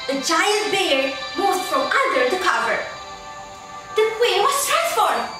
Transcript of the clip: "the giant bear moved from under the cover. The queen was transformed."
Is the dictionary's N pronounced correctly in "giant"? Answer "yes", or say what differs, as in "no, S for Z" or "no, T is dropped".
no, L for N